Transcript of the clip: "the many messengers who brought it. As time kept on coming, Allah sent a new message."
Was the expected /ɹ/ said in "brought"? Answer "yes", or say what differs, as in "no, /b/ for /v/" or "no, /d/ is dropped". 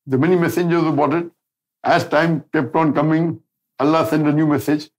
no, /ɹ/ is dropped